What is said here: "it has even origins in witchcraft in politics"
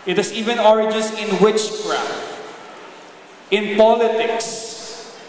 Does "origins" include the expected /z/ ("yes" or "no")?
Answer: no